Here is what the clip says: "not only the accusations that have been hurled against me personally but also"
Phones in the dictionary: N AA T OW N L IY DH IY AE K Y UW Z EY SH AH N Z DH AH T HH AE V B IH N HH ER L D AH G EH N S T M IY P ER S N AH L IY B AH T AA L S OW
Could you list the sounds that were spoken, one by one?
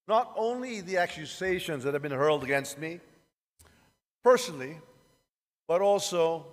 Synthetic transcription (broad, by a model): N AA T OW N L IY DH IY AE K Y UW Z EY SH AH N Z DH AH T HH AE V B IH N HH ER L D AH G EH N S T M IY P ER S N L IY B AH T AA L S OW